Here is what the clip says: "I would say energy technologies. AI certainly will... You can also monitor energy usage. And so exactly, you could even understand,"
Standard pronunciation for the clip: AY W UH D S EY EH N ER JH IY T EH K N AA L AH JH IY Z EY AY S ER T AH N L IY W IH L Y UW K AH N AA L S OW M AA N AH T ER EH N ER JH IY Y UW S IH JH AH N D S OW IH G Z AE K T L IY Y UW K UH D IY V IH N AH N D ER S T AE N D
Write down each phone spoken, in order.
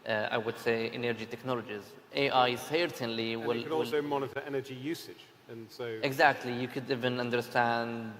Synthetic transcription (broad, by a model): AY W UH D S EY EH N ER JH IY T EH K N AA L AH JH IY Z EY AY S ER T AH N L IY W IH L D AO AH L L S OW M AA N AH T ER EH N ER JH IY Y UW S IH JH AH N S OW IH G Z AE K T L IY Y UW K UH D IY V IH N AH N D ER S T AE N D